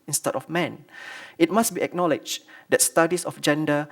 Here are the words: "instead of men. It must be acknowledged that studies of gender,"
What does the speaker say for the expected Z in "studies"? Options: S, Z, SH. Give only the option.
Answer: S